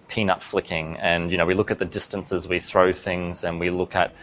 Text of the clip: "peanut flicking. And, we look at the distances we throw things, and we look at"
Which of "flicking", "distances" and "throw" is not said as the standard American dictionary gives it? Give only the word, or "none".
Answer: none